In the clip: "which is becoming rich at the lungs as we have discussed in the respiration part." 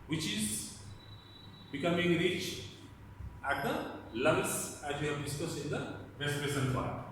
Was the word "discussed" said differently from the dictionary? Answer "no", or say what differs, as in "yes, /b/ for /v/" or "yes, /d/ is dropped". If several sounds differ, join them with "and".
yes, /t/ is dropped